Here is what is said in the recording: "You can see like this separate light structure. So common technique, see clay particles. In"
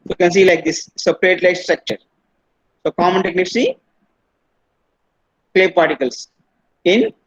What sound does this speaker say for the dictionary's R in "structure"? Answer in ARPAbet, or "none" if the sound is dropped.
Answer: R